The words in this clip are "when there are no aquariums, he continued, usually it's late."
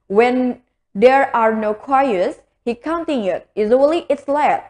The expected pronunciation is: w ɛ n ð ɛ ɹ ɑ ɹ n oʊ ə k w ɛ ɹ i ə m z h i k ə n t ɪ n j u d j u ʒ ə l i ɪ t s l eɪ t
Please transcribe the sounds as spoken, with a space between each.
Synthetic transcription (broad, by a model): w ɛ n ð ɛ ɹ ɑ ɹ n oʊ k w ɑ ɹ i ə z h i k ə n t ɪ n j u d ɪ z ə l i ɪ t s l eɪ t